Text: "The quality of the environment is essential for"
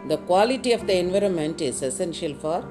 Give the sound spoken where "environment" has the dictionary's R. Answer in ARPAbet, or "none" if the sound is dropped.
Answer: R